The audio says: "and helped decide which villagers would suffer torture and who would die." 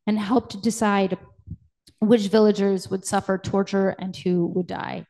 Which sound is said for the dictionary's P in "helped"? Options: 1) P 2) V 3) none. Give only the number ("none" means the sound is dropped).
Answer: 1